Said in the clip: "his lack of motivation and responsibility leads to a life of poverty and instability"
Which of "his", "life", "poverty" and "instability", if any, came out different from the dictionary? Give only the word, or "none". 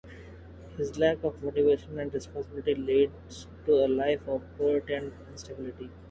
poverty